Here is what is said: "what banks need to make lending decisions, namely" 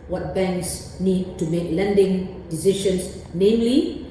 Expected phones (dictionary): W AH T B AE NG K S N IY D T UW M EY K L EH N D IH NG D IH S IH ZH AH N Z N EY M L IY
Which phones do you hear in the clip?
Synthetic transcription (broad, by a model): W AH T B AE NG K S N IY D T UW M EY K L EH N D IH NG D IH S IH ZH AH N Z N EY M L IY